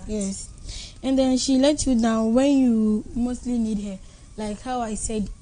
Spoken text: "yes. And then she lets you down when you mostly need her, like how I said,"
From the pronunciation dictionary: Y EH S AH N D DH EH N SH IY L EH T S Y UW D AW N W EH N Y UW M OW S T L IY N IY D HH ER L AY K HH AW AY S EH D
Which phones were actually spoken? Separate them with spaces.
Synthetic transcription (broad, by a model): Y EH S AH N D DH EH N SH IY L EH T Y UW D AW N W EH N Y UW M OW S T L IY N IY D HH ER L AY K HH AW AY S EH D